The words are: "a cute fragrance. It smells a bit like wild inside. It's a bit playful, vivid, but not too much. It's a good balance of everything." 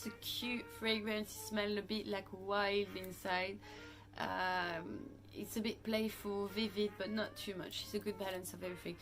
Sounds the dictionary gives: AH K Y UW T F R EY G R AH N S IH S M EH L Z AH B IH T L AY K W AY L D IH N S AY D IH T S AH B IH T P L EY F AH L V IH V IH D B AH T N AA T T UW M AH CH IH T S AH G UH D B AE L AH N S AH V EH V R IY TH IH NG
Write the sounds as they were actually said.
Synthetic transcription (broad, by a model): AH K Y UW T F R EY G R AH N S IH S M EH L AH B IH T L AY K W AY L D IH N S AY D IH T S AH B IH T P L EY F AH L V IH V IH D B AH T N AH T T UW M AH CH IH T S AH G UH D B AE L AH N S AH V EH V R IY TH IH NG